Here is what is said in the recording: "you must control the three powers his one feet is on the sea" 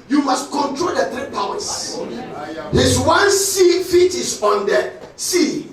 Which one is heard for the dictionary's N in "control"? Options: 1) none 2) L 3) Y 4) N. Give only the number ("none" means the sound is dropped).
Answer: 4